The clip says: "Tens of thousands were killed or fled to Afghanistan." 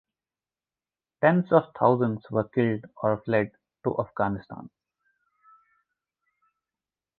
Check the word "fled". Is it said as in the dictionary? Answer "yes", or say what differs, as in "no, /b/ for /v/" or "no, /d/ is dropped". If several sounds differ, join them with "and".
yes